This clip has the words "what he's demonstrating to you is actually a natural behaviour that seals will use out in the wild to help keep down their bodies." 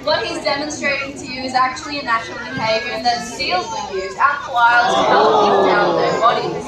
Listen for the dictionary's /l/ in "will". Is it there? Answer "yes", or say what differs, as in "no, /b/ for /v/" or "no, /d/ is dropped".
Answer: no, /n/ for /l/